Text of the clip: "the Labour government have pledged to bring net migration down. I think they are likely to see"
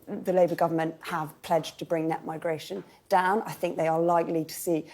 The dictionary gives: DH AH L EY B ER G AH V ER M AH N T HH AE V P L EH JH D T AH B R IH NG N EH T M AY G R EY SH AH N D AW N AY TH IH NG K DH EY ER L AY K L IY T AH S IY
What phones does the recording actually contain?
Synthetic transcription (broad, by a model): DH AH L EY B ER G AH V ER M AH N T HH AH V P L EH JH T AH B R IH NG N EH T M AY G R EY SH AH N D AW N AY TH IH NG K DH EY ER L AY K L IY T AH S IY